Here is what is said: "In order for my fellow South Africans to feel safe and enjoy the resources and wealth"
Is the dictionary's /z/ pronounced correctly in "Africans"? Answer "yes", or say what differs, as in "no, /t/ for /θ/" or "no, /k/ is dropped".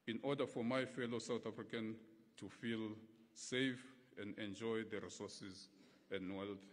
no, /z/ is dropped